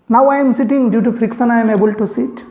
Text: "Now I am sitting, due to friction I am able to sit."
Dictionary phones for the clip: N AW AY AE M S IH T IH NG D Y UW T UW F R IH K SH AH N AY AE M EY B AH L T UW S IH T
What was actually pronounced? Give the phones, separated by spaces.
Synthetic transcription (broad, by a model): N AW AY M S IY T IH NG D Y UW T UW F R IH K S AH N AY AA M EY B AH L T UW S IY T